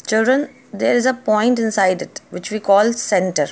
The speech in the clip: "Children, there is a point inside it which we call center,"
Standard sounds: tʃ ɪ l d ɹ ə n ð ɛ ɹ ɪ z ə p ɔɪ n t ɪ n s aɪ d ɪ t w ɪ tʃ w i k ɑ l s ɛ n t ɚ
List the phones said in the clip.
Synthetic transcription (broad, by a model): tʃ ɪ l d ɹ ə n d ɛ ɹ ɪ z ə p ɔɪ n t ɪ n s aɪ d ɪ t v ɪ tʃ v i k ɑ l s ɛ n t ɚ